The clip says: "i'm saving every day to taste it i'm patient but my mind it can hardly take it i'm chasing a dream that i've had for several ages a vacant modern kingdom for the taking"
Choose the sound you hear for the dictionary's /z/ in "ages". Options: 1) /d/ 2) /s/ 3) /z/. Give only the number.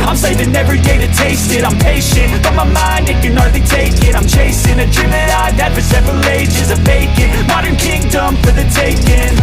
3